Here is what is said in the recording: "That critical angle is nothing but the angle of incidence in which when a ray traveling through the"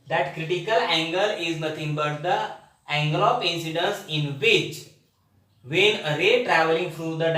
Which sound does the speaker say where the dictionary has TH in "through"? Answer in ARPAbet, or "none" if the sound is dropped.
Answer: F